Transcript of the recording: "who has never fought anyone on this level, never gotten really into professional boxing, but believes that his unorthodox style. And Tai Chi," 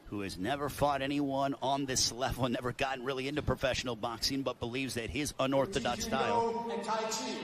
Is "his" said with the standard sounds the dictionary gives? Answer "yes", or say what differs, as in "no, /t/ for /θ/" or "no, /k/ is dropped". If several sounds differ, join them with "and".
yes